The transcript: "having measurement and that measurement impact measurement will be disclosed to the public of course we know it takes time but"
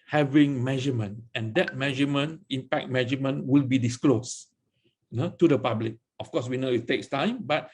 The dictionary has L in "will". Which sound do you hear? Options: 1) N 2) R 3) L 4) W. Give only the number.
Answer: 3